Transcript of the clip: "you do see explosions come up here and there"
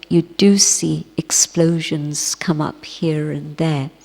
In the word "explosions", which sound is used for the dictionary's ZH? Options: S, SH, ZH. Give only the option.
ZH